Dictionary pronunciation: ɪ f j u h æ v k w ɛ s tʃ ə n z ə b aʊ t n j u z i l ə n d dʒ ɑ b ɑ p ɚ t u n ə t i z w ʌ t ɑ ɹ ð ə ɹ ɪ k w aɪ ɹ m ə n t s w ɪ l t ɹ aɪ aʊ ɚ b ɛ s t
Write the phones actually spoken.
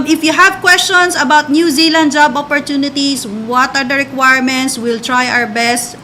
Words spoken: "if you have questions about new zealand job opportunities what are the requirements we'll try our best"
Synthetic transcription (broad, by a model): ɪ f j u h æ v k w ɛ s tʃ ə n s ə b aʊ t n j u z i l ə n d dʒ ɑ b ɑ p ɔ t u n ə t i s w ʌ t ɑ ɹ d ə ɹ ɪ k w aɪ ɹ m ə n t s w ɪ l t ɹ aɪ aʊ ɚ b ɛ s t